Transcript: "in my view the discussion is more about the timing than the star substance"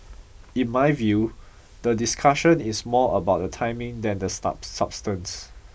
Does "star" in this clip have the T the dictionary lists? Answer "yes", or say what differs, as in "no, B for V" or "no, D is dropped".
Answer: no, S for T